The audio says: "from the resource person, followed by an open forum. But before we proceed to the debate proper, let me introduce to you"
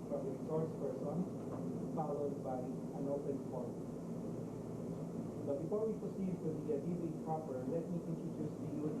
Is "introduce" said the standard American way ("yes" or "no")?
no